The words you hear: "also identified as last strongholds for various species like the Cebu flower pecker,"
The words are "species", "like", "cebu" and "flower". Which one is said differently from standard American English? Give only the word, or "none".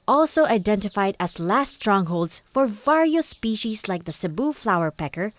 none